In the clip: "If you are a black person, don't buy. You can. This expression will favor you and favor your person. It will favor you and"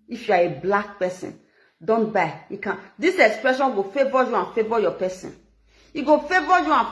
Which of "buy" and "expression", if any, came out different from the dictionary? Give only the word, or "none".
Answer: none